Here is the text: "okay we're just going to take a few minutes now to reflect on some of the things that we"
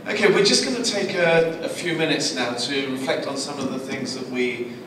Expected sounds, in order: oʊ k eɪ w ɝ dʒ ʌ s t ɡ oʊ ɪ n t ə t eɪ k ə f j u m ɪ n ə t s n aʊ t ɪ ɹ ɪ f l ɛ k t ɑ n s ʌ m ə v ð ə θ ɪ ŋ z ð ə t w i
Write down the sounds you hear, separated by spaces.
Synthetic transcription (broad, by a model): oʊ k eɪ w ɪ dʒ ʌ s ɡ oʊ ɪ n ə t eɪ k ə f j u m ɪ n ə t s n aʊ t ɪ ɹ ɪ f l ɛ k t n s ʌ m ə v ð ə θ ɪ ŋ z ð ə t w i